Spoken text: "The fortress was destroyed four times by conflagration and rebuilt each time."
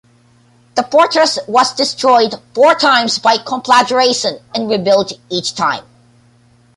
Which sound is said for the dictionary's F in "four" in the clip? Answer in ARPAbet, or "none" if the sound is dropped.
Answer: F